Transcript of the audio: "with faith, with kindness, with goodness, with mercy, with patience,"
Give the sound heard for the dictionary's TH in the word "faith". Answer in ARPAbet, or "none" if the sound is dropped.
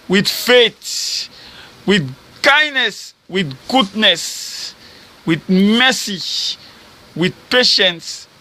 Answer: T